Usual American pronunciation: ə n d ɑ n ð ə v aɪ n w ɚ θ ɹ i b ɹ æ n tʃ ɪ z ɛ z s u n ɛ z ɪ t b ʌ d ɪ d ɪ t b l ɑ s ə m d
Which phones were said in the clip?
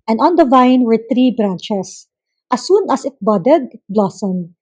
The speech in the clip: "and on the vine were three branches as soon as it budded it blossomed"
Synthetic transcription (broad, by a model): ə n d ɑ n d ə v aɪ n w ɚ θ ɹ i b ɹ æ n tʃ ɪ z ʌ s u n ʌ s ɪ t b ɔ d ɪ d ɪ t b l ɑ s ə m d